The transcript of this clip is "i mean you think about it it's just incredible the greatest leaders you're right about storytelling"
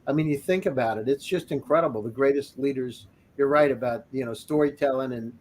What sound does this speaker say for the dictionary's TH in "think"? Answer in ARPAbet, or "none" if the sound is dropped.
TH